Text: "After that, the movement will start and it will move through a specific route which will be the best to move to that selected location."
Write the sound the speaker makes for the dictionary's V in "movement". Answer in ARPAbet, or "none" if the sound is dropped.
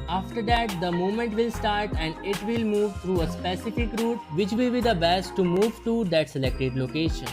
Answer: none